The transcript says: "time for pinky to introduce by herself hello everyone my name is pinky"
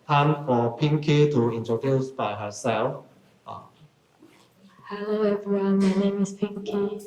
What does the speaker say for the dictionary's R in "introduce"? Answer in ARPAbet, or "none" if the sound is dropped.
none